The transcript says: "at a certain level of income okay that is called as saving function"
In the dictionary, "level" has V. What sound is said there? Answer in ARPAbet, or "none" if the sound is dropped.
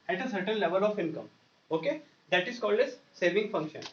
V